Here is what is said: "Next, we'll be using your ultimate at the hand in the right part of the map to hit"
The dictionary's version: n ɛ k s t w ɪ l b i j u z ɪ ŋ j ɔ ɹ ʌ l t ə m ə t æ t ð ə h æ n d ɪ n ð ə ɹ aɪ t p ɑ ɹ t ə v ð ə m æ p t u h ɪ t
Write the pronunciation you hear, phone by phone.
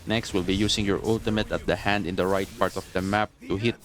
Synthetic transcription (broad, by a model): n ɛ k s t w ɪ l b i j u s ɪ ŋ j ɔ ɹ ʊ l t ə m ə t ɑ t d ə h æ n d ɪ n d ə ɹ aɪ t p ɑ ɹ t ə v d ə m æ p t u h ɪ t